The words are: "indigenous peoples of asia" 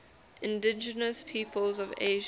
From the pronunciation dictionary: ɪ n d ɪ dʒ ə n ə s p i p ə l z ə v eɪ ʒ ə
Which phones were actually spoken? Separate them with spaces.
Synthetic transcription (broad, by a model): ɪ n d ɪ dʒ ə n ə s p i p ə l z ə v eɪ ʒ